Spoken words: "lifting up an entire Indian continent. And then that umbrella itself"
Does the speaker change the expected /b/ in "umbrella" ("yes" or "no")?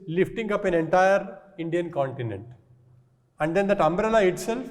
no